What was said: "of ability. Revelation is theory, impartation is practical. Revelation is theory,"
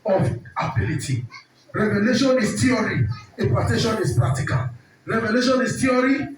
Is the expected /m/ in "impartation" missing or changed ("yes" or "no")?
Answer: yes